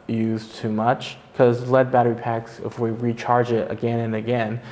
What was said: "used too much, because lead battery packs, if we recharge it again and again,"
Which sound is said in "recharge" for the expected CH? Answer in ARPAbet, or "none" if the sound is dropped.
CH